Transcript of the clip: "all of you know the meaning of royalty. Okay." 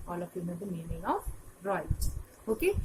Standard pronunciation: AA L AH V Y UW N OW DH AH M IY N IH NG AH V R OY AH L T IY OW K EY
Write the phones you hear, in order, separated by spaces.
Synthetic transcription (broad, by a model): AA L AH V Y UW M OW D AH M IY N IH NG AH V R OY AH T OW K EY